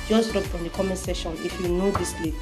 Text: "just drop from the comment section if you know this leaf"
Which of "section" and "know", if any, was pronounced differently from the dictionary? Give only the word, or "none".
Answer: section